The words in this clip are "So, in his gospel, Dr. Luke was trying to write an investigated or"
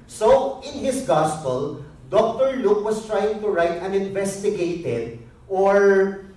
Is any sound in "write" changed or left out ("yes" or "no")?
no